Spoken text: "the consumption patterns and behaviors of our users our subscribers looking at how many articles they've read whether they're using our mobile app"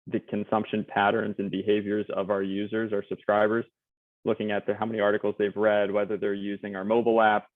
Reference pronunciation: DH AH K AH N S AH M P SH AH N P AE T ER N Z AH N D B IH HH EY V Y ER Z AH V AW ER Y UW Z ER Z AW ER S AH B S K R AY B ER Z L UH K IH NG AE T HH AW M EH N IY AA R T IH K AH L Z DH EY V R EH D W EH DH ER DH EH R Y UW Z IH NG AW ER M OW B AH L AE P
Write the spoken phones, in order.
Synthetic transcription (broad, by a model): DH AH K AH N S AH M P SH AH N P AE T ER N Z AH N B IH HH EY V Y ER Z AH V AW ER Y UW Z ER Z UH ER S AH B S K R AY B ER Z L UH K IH NG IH T HH AW M EH N IY AA R T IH K L Z DH EY V R EH D W EH DH ER DH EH R Y UW Z IH NG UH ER M OW B L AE P